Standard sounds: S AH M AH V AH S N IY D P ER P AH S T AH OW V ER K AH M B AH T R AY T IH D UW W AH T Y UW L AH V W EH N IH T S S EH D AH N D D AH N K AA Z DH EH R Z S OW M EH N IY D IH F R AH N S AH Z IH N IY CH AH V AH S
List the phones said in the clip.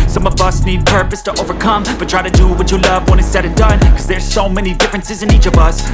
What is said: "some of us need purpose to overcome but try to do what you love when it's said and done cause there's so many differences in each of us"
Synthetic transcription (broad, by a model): S AH M AH V AH S N IY D P ER P AH S T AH OW V ER K AH M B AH T R AY T IH D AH W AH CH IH L AH V W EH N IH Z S S EH D AH N D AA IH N K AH Z DH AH R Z S OW M EH N IY D IH F R AH N S AH Z IH N IY CH AH V AH S